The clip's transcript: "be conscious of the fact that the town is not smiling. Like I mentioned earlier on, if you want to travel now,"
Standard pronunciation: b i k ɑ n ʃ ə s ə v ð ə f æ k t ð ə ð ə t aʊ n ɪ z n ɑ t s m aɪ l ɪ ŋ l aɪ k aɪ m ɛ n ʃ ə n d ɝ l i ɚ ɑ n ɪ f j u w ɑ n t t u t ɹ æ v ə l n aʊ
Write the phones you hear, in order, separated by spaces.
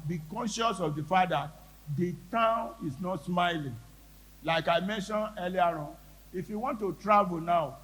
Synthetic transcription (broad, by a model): b i k ɑ n ʃ ə s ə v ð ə f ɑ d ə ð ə t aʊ n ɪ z n ɑ t s m aɪ l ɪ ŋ l aɪ k aɪ m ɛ n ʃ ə n ɝ l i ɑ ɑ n ɪ f j u w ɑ n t t u t ɹ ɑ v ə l n aʊ